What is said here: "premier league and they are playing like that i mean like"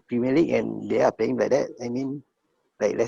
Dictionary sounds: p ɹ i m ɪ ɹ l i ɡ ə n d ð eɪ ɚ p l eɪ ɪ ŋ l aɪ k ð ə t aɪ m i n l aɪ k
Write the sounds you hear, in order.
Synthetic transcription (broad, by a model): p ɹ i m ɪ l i ə n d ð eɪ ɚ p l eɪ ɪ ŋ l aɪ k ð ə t aɪ m i n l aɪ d